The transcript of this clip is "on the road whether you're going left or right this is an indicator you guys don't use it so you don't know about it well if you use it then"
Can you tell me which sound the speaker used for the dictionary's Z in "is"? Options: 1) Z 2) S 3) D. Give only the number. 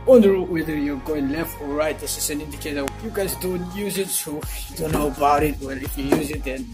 2